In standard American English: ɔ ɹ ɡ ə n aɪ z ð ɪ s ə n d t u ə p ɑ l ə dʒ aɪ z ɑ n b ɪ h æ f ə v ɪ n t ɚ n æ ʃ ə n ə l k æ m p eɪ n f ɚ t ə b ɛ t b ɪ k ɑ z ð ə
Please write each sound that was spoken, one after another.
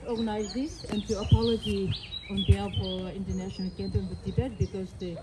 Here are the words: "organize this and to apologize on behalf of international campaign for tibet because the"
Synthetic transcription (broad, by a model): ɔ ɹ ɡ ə n aɪ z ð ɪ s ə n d t u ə p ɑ l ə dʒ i ɑ n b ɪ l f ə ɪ n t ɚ n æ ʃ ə n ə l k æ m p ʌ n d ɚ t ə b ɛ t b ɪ k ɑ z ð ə